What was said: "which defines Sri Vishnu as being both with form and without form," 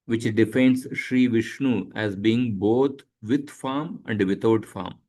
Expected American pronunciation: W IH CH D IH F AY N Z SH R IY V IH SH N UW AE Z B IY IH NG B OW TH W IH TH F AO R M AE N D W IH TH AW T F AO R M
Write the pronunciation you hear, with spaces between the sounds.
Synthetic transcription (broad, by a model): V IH CH D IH F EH N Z SH R IY V IH SH N UW AE Z B IY IH NG B OW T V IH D F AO R M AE N D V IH T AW T F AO R M